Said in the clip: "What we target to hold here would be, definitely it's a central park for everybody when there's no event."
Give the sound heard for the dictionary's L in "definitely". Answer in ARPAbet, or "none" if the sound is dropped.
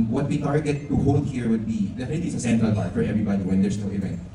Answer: none